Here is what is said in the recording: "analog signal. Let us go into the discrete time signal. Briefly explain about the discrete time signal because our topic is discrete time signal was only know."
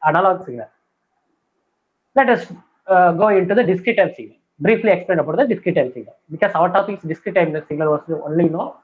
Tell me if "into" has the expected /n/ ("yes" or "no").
yes